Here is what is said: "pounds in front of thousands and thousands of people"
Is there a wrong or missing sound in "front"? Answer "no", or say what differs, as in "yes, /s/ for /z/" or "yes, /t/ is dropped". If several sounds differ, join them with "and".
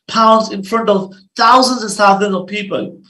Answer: no